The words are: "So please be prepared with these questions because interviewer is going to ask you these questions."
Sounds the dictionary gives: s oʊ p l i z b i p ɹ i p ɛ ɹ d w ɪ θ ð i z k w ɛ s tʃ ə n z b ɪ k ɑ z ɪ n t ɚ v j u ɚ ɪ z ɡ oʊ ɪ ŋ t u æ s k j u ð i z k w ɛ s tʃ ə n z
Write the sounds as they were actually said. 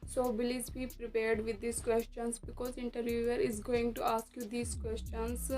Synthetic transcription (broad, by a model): s oʊ b l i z b i p ɹ i p ɛ ɹ d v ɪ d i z k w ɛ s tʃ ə n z b ɪ k ɑ z ɪ n t ɚ v j u ɚ ɪ z ɡ oʊ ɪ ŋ t u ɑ s k j u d i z k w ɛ s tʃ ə n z